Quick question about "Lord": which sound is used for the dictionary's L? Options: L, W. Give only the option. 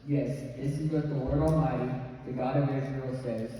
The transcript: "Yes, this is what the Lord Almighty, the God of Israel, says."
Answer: W